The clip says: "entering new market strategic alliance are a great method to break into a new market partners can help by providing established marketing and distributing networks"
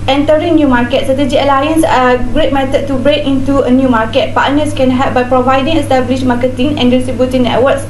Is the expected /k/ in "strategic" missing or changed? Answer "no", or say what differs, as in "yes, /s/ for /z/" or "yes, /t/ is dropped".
yes, /k/ is dropped